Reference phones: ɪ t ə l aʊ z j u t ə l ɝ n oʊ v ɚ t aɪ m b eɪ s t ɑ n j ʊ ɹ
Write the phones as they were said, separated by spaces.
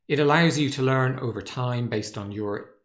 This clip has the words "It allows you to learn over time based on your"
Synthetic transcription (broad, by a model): ɪ t ə l aʊ z j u t ə l ɝ n oʊ v ɚ t aɪ m b eɪ s t n j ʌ ɹ